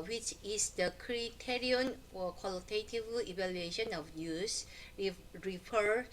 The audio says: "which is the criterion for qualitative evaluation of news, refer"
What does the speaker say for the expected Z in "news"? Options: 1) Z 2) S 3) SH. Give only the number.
2